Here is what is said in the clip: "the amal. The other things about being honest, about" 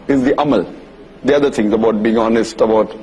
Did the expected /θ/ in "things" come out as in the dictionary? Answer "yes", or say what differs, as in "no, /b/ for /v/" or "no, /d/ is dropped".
no, /t/ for /θ/